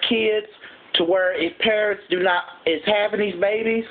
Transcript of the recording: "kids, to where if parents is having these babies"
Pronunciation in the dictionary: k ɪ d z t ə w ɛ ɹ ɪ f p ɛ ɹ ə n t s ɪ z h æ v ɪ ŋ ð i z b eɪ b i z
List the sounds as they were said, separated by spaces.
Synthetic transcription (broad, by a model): k ɪ d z t ə w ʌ ɹ ɪ f p ɛ ɹ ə n t s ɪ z h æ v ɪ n ð i z b eɪ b i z